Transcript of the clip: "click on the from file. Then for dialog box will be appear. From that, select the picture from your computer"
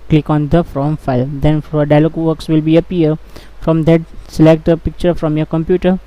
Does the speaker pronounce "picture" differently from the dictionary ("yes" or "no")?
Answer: no